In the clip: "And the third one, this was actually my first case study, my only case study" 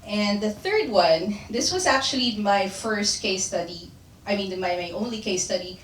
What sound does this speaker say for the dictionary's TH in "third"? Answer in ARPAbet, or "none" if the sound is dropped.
TH